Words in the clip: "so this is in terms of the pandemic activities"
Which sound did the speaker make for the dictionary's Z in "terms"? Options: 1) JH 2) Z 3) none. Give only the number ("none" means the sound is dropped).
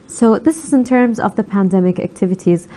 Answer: 2